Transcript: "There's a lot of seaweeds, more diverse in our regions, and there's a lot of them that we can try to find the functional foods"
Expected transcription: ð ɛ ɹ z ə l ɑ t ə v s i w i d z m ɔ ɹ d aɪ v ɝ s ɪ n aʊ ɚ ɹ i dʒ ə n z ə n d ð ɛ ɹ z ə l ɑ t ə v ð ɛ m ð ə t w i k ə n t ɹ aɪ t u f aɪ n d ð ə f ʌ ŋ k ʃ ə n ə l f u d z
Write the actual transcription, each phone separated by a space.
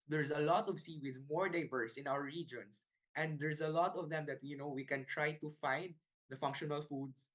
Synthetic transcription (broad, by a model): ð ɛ ɹ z ə l ɑ t ə v s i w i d m ɔ ɹ d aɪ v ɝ s ɪ n aʊ ɚ ɹ i dʒ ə n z ə n d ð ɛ ɹ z ə l ɑ t ə v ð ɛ m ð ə t w i k ə n t ɹ aɪ t u f aɪ n d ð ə f ʌ ŋ k ʃ ə n ə l f u d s